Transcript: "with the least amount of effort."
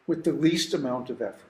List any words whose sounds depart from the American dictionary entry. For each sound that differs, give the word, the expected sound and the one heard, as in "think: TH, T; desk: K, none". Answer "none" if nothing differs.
none